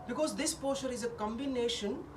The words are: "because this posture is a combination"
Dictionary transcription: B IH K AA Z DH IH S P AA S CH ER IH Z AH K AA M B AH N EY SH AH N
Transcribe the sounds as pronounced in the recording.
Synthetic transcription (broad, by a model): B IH K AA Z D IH S P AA CH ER IH Z AH K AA M B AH N EY SH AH N